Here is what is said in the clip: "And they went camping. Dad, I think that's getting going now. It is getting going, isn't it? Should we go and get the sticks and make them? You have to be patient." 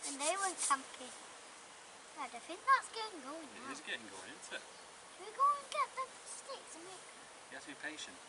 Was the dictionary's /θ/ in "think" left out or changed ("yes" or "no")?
yes